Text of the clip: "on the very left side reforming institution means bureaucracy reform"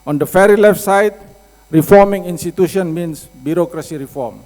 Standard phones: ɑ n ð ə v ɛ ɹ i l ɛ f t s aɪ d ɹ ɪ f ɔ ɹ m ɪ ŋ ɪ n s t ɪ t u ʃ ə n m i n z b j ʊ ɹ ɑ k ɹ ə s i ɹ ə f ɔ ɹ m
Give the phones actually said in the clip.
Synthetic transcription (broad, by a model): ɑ n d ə f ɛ ɹ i l ɛ f t s aɪ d ɹ ɪ f ɔ ɹ m ɪ ŋ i n s t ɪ t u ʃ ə n m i n s b j ʊ ɹ ɑ k ɹ ə s i ɹ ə f ɔ ɹ m